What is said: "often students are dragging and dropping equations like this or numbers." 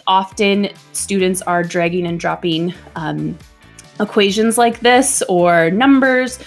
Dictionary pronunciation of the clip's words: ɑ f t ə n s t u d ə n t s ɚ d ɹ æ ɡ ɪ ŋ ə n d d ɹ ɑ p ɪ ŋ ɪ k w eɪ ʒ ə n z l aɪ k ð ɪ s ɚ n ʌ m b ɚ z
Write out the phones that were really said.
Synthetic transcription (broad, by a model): ɑ f t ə n s t u d n t s ɚ d ɹ æ ɡ ɪ ŋ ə n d d ɹ ɑ p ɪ ŋ ɪ k w eɪ ʒ ə n z l aɪ k ð ɪ s ɚ n ʌ m b ɚ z